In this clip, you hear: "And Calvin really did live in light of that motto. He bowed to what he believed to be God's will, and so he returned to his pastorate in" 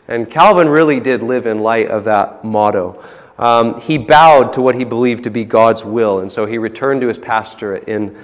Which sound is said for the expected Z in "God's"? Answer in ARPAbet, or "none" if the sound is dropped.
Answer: Z